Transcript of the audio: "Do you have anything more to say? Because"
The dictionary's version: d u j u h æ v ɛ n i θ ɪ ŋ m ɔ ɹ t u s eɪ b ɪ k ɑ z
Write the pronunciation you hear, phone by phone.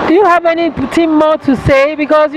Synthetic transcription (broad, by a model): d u j u h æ v ɛ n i t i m ɔ t u s eɪ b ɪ k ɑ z